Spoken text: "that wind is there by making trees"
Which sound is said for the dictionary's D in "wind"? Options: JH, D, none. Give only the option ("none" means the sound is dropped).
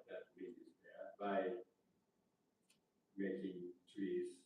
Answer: none